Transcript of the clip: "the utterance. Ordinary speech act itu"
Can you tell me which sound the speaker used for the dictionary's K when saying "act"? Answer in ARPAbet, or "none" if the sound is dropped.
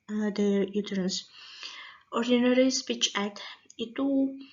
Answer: none